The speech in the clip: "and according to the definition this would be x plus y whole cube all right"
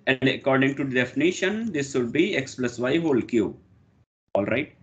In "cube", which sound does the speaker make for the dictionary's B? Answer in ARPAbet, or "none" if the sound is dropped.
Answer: none